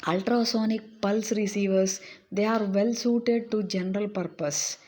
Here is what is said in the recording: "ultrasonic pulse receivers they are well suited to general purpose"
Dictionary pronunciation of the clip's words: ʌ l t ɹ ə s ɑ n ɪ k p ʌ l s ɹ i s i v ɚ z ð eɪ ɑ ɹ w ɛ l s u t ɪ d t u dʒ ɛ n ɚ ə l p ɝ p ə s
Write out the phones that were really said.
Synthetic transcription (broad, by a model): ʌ l t ɹ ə s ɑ n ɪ k p ʌ l s ɹ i s i v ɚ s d eɪ ɑ ɹ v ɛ l s u t ɪ d t u dʒ ɛ n ɚ ə l p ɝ p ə s